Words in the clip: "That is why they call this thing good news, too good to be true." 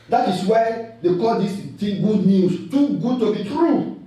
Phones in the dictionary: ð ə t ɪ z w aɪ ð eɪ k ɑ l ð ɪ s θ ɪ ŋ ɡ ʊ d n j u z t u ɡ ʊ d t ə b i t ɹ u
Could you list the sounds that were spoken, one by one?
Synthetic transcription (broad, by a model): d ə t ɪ s w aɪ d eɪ k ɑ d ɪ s t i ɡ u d n j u s t u ɡ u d t ə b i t ɹ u